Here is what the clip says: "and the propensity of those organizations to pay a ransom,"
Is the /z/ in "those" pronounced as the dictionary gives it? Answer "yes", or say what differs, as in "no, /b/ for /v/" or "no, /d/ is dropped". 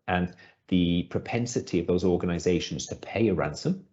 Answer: yes